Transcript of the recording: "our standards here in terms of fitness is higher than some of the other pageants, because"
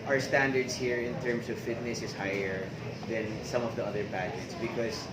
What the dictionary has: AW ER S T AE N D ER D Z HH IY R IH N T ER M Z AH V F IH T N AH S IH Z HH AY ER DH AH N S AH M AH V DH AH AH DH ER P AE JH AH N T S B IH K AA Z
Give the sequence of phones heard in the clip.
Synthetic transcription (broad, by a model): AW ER S T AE N D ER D S HH IY R IH N T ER M S AH V F IH T N AH S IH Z HH AY ER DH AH N S AH M AH V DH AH AH DH ER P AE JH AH T S B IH K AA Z